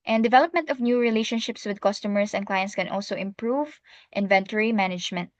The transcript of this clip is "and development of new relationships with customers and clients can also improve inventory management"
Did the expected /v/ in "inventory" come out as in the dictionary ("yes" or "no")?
yes